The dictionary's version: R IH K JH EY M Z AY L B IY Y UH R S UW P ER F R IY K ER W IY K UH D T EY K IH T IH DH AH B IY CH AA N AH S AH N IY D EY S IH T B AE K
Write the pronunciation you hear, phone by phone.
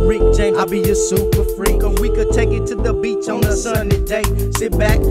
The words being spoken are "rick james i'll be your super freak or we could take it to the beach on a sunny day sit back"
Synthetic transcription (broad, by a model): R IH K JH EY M AY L B IY Y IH S UW P ER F R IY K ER W IY K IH D T EY K IH T IH DH AH B IY CH N AH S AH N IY D EY S IH T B AE K